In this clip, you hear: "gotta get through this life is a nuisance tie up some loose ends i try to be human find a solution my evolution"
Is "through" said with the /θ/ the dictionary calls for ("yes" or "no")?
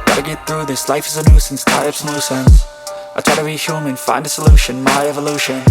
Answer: yes